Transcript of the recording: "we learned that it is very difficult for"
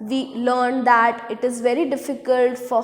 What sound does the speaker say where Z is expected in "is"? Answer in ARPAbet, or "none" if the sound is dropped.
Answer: Z